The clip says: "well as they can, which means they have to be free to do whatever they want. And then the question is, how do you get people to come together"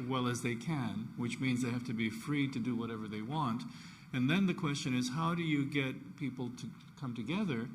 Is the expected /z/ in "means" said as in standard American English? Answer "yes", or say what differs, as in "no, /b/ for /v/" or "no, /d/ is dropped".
yes